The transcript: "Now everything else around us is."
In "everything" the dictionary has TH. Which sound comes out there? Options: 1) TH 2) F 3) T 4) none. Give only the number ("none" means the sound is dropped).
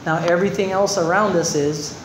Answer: 1